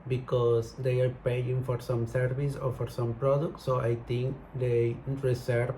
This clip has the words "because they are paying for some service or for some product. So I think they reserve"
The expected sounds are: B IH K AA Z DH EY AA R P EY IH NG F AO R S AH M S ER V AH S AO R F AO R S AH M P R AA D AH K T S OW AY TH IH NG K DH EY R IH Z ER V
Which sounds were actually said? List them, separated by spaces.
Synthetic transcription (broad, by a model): B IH K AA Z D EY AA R P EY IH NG F AO R S AH M S ER V AH S AO R F AO R S AH M P R AA D AH K T S OW AY T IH NG K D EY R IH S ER